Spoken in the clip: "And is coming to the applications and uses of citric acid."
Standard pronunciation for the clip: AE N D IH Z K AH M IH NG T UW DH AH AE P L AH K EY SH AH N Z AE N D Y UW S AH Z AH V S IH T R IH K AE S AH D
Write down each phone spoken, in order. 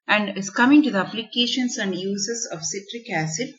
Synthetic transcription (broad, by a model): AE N D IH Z K AH M IH NG T UW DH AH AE P L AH K EY SH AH N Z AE N D Y UW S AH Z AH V S IH T R IH K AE S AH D